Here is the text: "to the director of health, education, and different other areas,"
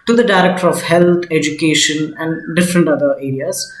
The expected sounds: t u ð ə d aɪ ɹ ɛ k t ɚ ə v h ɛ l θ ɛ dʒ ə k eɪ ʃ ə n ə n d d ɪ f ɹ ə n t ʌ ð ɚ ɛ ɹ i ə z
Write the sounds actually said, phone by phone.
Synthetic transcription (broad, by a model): t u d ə d aɪ ɹ ɛ k t ɚ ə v h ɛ l t ɛ dʒ ə k eɪ ʃ ə n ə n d d ɪ f ɹ ə n t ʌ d ɚ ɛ ɹ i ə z